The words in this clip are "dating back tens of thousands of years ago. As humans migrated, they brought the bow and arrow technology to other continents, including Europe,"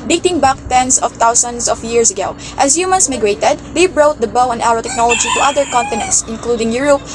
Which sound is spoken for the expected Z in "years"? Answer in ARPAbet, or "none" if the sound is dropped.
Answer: S